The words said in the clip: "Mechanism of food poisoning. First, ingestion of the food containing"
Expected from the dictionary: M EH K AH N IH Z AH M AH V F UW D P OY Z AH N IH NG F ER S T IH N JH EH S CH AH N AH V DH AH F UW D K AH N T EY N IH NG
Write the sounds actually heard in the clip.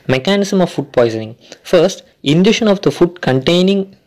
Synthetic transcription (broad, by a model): M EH K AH N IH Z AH M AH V F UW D P OY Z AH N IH NG F ER S T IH N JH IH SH AH N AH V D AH F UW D K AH N T EY N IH NG